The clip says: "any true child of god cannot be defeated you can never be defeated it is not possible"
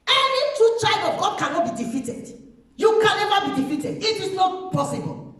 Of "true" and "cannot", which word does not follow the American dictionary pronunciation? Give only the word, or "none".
true